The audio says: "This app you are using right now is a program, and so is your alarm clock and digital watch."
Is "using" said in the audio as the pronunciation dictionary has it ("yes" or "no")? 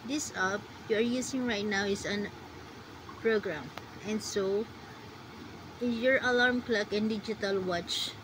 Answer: no